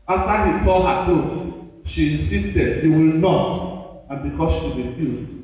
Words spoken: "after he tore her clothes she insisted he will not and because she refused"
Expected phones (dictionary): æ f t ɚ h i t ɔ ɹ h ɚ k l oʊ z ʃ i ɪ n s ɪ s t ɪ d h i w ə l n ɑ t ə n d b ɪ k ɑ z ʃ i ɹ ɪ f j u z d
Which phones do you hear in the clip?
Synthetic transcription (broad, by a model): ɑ f t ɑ h i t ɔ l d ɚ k oʊ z ʃ i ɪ n s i s t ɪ d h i w ə l n ɑ t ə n b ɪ k ɑ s ʃ i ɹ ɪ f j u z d